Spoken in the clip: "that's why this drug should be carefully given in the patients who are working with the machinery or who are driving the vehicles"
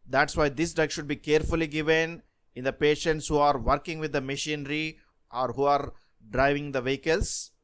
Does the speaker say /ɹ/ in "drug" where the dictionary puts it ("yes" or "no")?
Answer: no